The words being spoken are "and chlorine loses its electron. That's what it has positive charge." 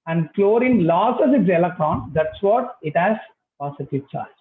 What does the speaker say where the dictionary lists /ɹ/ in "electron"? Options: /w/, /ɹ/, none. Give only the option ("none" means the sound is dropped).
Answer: /ɹ/